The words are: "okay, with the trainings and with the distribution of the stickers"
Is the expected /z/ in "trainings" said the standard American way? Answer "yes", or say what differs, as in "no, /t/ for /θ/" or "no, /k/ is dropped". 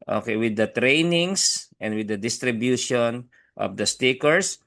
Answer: no, /s/ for /z/